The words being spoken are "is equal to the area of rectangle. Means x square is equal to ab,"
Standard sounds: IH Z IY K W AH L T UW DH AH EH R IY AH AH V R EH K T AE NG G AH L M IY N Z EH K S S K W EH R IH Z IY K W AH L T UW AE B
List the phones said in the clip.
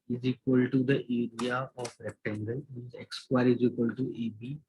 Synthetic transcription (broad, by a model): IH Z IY K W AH L T UW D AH EH R IY AH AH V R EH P T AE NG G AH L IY Z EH K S S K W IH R IH Z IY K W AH L T UW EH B